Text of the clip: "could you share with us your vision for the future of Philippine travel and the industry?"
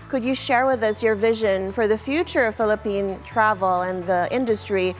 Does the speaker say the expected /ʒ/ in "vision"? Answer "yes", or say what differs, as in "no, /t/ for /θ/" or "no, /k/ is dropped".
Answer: yes